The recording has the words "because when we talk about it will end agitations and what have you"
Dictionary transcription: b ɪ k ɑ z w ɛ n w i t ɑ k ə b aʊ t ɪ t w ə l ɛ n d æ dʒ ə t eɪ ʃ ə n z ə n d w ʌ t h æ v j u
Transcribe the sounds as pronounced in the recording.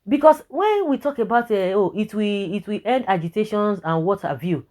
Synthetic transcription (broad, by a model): b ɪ k ɑ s w ɛ n w i t ɑ k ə b aʊ t ɪ t w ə w ɛ n d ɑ dʒ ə t eɪ ʃ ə n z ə n w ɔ t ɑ v j u